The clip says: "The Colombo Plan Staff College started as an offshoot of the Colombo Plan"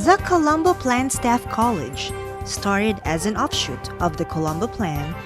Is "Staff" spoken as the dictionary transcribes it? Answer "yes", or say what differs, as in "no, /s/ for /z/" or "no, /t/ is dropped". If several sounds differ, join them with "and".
yes